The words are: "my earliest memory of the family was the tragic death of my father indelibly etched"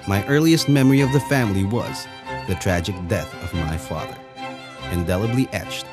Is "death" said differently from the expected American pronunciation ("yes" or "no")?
no